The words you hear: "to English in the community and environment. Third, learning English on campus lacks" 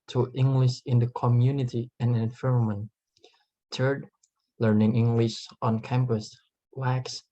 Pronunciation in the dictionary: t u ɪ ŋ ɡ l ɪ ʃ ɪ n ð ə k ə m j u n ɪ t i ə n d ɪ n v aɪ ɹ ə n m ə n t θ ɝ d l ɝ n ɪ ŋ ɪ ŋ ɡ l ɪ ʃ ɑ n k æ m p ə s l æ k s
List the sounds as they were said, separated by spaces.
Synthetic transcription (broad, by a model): t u ɪ ŋ ɡ l ɪ ʃ ɪ n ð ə k ə m j u n ɪ t i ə n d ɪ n f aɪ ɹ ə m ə n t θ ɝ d l ɝ n ɪ ŋ ɪ ŋ ɡ l ɪ ʃ ɑ n k æ m p ə s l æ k s